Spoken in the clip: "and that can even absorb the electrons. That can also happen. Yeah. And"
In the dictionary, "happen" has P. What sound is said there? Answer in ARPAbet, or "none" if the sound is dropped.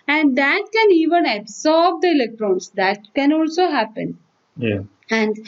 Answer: P